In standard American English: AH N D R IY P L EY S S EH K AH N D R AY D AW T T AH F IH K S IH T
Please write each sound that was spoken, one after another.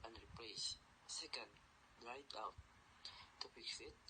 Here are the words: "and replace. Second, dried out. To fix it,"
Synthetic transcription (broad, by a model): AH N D R IY P L EY S S EH K AH N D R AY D AW T T AH P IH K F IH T